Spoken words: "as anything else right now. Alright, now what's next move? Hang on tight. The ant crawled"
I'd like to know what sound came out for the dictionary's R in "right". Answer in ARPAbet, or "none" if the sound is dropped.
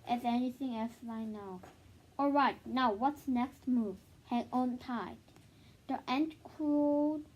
L